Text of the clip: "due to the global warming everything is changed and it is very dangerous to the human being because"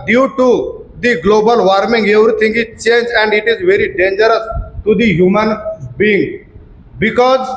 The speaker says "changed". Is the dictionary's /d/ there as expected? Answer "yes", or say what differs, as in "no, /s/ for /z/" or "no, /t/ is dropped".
no, /d/ is dropped